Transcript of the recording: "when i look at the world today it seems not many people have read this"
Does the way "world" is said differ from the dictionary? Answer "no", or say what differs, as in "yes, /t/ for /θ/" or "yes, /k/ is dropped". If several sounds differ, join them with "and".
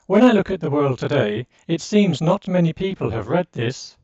no